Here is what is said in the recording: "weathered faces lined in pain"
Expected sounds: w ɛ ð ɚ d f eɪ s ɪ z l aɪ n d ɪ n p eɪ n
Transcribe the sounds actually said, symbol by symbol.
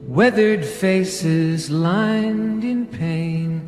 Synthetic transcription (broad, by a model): w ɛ ð ɚ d f eɪ s ɪ z l aɪ n d ɪ n p eɪ n